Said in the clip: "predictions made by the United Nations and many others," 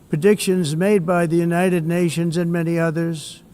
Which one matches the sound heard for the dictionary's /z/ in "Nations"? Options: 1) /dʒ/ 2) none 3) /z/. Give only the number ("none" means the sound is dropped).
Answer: 3